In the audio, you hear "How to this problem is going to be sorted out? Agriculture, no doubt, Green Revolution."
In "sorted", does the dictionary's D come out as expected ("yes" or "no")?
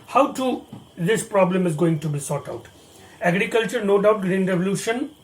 no